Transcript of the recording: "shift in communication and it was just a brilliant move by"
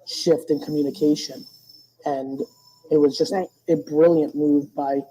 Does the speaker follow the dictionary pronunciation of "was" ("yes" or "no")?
yes